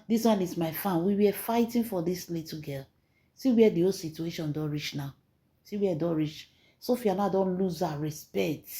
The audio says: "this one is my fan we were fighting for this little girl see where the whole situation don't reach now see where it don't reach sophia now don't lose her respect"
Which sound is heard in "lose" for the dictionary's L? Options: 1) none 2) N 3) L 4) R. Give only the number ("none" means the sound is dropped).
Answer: 3